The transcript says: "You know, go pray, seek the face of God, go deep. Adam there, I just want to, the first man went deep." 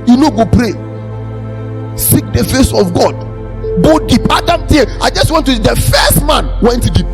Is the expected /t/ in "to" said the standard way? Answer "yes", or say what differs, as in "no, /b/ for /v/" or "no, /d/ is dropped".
no, /s/ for /t/